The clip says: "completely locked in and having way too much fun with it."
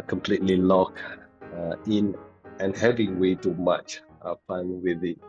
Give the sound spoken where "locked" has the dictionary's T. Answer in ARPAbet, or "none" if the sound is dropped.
none